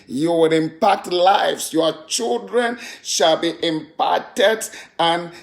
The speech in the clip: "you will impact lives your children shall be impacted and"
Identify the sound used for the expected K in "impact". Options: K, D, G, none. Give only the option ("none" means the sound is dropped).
K